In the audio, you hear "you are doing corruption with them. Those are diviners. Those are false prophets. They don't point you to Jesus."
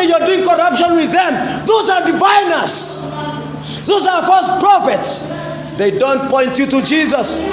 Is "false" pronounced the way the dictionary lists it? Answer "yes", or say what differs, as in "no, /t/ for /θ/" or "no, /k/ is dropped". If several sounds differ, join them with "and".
no, /l/ is dropped